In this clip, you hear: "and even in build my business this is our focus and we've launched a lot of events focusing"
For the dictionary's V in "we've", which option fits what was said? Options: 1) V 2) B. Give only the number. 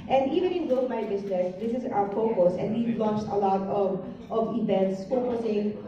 2